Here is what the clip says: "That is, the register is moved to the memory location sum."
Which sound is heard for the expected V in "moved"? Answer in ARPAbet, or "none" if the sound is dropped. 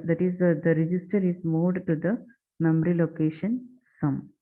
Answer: none